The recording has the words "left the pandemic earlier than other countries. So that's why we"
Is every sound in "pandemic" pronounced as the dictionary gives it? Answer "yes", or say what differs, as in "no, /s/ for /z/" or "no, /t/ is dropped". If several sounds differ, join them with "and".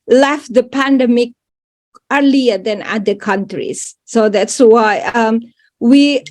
yes